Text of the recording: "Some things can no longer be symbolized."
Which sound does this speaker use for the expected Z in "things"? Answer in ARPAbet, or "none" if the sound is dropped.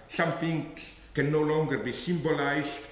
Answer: none